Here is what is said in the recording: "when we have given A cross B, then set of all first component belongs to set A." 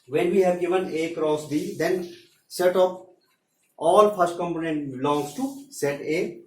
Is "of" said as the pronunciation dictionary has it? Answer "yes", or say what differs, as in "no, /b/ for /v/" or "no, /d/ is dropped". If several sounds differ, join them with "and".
no, /p/ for /v/